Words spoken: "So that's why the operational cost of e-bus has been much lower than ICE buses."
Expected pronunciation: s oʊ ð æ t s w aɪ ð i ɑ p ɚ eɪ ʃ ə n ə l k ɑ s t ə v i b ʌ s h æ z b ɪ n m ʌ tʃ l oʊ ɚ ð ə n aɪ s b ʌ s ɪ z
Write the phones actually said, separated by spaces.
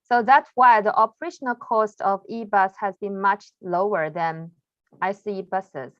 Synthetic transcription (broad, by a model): s oʊ ð æ t s w aɪ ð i ɑ p ɚ eɪ ʃ ə n ə l k ɑ s t ə v i b ʌ s h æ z b ɪ n m ʌ tʃ l oʊ ɚ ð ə n aɪ s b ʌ s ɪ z